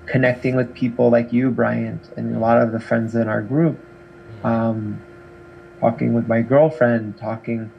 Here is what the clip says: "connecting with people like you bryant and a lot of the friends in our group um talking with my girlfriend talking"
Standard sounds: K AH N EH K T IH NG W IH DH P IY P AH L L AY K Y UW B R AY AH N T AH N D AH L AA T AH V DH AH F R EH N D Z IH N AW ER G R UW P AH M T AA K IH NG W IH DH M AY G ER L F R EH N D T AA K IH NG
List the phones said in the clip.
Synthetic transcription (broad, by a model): K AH N EH K T IH NG W IH DH P IY P L L AY K Y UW B R AY AH N T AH N AH L AA T AH V DH AH F R EH N D Z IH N AW ER G R UW P AH M T AA K IH NG W IH DH M AY G ER L F R EH N D T AA K IH NG